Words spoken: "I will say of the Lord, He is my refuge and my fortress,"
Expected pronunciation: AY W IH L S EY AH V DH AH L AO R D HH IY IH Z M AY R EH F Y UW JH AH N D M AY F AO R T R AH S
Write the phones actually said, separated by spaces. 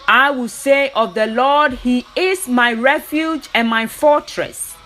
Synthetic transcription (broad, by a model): AY W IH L S EY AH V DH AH L AO D HH IY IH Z M AY R EH F Y UW JH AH N M AY F AO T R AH S